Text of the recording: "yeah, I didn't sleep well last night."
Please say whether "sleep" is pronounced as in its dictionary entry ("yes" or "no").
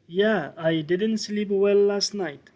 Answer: yes